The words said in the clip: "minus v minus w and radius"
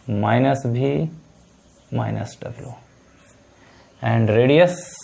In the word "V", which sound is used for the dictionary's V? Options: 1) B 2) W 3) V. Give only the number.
1